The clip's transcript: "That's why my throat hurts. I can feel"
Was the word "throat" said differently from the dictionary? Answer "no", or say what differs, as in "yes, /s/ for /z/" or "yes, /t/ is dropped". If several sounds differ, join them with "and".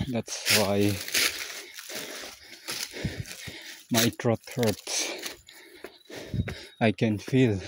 yes, /t/ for /θ/